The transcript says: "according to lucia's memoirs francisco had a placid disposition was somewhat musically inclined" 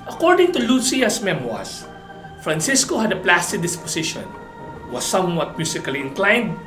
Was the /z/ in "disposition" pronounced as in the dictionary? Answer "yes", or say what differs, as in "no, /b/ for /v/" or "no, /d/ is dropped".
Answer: no, /s/ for /z/